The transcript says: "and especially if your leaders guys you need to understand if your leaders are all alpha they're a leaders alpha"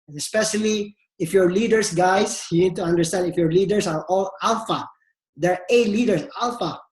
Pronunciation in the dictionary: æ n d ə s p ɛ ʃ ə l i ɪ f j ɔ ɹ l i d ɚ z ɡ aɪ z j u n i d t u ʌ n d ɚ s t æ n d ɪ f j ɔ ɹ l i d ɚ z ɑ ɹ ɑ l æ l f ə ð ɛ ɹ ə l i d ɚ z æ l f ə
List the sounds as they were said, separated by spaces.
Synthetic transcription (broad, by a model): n ə s p ɛ ʃ ə l i ɪ f j ɔ ɹ l i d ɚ s ɡ aɪ s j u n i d t u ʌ n d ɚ s t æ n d ɪ f j ɔ ɹ l i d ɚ s ɑ ɹ ɑ l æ l f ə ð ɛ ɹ ə l i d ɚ s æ l f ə